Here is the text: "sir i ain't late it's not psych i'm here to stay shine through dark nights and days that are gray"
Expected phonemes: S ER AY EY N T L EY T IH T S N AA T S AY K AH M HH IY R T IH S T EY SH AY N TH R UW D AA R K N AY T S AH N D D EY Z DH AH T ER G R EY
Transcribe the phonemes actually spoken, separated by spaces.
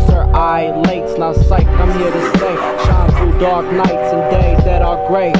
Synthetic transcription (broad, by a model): S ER AY L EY IH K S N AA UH S AY K AH M HH IY R T IH S T EY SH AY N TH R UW D AA R K N AY T S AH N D D EY Z DH AH T ER G R EY